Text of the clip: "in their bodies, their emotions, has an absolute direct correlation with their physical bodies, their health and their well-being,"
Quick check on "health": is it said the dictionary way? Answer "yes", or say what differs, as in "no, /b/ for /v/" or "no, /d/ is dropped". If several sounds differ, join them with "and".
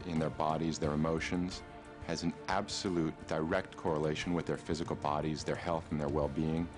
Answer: yes